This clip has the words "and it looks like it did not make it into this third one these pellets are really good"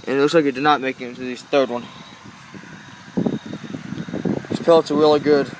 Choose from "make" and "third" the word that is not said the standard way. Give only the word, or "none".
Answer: none